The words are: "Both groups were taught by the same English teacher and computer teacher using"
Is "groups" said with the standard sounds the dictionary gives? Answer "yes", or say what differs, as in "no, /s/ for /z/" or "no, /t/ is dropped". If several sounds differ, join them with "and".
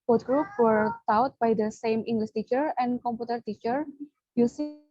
no, /s/ is dropped